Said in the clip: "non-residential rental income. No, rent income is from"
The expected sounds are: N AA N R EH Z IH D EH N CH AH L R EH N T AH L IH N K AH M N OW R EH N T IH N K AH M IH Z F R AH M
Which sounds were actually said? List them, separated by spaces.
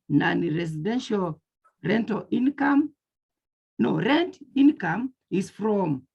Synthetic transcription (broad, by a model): N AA N R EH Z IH D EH N SH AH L R EH N T AH L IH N K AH M N OW R EH N T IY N K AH M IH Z F R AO M